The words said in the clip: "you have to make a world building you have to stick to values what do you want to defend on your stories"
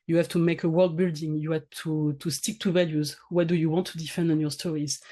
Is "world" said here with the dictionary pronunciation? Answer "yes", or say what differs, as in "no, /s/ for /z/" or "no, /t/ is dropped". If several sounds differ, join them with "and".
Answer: yes